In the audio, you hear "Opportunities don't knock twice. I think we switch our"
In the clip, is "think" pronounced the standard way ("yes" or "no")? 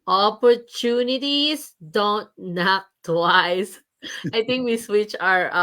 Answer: no